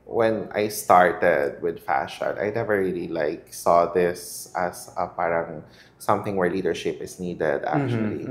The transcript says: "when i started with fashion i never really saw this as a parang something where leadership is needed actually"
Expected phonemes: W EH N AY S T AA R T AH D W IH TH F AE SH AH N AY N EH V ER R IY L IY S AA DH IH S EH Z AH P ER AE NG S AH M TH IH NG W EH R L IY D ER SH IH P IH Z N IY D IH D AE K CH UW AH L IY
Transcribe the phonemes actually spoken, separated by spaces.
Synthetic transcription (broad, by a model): W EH N AY S T AA R T AH D W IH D F AE SH AH N AY N EH V ER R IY L IY S AA DH IH S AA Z AH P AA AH NG S AH M TH IH NG W EH R L IY D ER SH IH P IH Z N IY D IH D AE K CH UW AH L IY